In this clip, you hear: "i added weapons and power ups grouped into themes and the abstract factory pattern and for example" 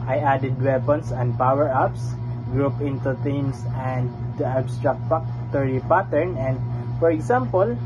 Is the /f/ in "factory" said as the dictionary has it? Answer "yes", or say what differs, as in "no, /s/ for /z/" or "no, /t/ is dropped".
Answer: no, /p/ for /f/